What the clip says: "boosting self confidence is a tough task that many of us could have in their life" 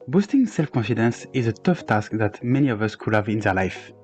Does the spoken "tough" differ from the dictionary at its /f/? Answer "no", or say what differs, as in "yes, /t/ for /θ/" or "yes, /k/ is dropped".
no